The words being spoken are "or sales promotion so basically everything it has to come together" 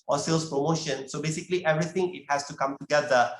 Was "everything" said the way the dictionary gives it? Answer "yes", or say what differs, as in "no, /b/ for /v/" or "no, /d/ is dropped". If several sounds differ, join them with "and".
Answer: no, /t/ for /θ/